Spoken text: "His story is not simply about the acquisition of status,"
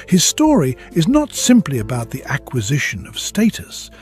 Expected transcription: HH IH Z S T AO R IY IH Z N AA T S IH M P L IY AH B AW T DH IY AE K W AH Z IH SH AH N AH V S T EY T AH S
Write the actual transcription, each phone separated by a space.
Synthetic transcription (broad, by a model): HH IH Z S T AO R IY IH Z N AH T S IH M P L IY AH B AW T DH IY AE K W AH Z IH SH AH N AH V S T EY T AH S